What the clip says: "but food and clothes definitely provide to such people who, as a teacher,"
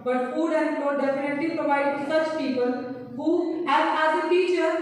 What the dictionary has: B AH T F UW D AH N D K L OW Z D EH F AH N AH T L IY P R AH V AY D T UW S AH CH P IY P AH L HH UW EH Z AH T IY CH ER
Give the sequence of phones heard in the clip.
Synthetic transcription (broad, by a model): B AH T F UW D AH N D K OW D EH F AH N AH T L IY P R AH V AY D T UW S AH CH P IY P AH L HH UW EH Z AH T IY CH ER